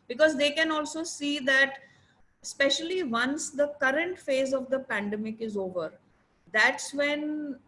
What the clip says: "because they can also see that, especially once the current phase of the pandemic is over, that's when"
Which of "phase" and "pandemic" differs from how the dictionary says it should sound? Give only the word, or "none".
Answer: none